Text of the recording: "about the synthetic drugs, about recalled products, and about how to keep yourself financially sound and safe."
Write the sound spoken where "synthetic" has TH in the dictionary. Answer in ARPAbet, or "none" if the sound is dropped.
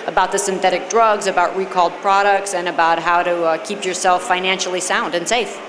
TH